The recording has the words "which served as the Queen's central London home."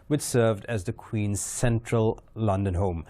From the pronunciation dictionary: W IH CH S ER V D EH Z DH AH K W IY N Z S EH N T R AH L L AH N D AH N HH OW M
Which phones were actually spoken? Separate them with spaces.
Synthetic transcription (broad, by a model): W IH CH S ER V D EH Z DH AH K W IY N Z S EH N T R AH L L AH N D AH N HH OW M